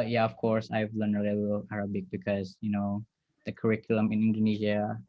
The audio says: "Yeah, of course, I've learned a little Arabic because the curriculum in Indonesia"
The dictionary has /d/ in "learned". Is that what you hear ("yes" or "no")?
no